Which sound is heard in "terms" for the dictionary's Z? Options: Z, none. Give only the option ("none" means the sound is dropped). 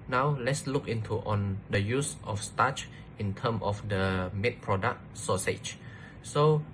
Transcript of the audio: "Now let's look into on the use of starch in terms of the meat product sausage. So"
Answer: none